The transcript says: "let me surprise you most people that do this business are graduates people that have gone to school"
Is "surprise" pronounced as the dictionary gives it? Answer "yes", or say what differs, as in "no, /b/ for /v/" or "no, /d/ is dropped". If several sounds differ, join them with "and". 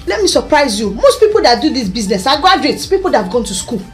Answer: yes